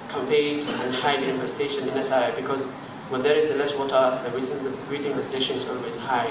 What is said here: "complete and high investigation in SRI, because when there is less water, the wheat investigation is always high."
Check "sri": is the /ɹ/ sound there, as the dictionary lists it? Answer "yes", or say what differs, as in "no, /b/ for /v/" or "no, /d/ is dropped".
no, /ɹ/ is dropped